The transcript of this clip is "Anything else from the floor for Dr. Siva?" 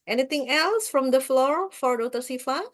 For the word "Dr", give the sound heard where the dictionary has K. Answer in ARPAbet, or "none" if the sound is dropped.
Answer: none